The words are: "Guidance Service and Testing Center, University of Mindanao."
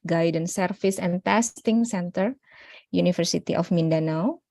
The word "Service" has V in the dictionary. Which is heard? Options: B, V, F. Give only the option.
F